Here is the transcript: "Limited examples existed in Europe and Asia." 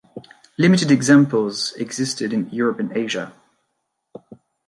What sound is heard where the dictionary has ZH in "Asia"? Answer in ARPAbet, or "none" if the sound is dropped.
ZH